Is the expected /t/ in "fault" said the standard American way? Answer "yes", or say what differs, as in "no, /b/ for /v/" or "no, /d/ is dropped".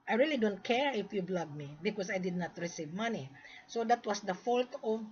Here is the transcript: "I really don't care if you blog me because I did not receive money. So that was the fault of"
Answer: yes